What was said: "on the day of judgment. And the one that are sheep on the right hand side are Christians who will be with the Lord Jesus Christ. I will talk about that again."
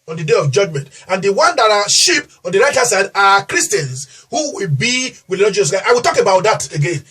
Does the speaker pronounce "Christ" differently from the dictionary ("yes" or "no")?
yes